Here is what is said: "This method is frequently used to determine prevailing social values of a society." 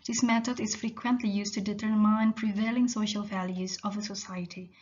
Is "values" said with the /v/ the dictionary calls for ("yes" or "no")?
yes